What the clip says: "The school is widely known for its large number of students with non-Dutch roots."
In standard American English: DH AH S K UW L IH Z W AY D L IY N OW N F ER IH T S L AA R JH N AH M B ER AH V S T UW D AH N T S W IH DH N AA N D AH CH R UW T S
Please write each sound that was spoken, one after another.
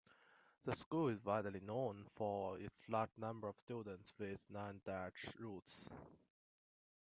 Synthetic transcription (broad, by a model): DH AH S K UW L IH Z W AY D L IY N OW N F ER IH T S L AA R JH N AH M B ER AH V S T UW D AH N T S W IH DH N AA N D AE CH R UW T S